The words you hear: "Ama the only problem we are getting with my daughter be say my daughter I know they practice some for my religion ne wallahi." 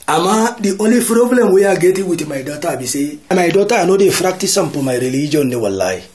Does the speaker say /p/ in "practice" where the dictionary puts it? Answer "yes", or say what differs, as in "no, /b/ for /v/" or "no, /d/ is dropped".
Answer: no, /f/ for /p/